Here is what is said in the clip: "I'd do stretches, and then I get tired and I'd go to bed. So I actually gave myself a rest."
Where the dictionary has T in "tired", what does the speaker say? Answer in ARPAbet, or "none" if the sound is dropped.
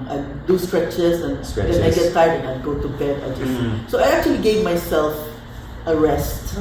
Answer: S